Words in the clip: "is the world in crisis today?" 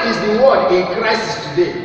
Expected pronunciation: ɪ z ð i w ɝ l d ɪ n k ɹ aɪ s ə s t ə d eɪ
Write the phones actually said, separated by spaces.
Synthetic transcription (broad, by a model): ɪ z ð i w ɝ d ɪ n k ɹ aɪ s ə s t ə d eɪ